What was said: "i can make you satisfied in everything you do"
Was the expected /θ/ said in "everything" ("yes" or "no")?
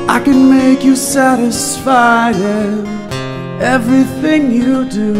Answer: yes